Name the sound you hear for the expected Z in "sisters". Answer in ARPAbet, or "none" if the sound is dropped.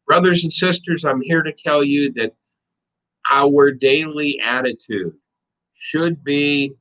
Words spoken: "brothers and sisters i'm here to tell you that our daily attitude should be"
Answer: Z